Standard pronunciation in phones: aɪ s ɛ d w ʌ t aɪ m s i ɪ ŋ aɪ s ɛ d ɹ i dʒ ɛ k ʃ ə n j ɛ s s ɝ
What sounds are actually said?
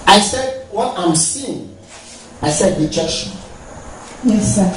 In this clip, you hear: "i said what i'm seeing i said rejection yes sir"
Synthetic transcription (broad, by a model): aɪ s ɛ d w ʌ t aɪ m s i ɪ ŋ aɪ s ɛ d w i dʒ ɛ ʃ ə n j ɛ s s